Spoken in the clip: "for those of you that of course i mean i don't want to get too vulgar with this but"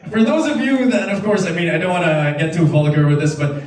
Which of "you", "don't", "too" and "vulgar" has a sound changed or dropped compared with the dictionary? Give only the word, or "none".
vulgar